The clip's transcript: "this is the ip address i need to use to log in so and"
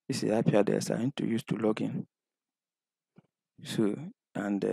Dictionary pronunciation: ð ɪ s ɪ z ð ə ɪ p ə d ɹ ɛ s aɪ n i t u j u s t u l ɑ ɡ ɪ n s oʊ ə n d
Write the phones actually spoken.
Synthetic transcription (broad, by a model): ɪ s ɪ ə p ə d ɛ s aɪ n t u j u s t u l ɑ ɡ ɪ n s oʊ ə n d